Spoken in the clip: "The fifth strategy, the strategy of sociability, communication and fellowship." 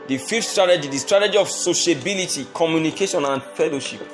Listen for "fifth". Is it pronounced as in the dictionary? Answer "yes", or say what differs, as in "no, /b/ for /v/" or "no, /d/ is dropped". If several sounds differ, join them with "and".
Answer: no, /t/ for /θ/